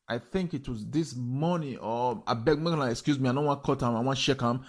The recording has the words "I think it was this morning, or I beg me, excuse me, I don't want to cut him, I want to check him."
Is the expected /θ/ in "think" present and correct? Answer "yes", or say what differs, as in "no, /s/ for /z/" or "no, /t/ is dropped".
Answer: yes